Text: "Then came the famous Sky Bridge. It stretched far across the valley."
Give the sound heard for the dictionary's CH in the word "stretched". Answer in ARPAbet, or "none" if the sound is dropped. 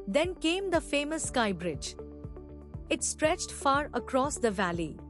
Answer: CH